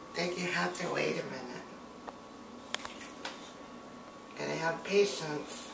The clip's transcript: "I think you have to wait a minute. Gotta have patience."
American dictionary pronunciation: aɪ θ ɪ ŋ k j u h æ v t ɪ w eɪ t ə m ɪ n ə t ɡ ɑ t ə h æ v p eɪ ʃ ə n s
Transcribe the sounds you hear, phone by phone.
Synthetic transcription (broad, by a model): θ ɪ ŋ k j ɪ h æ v t ɪ w eɪ t ə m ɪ n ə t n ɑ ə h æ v p eɪ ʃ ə n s